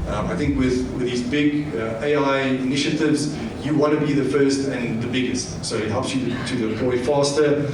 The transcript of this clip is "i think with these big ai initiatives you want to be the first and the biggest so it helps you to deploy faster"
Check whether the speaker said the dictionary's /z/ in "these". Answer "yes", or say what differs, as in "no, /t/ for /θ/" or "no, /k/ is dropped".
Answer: yes